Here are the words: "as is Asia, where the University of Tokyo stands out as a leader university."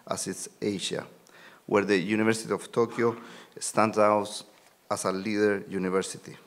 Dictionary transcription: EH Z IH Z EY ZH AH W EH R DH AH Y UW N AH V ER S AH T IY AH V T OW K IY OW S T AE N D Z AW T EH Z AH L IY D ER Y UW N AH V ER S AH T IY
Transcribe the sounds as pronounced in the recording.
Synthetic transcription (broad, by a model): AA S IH S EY SH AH W EH R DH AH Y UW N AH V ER S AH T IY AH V T OW K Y OW S T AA N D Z AW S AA S AH L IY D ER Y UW N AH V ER S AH T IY